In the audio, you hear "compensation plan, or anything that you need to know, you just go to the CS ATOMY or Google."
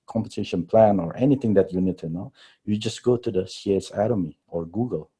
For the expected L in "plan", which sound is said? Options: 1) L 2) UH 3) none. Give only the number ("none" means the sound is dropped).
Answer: 1